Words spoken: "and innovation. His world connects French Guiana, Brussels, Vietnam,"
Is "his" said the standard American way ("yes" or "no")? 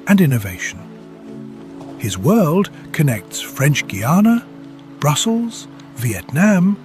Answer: yes